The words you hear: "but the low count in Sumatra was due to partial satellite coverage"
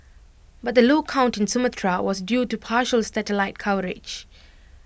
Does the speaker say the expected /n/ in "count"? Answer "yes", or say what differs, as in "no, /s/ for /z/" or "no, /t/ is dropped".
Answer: yes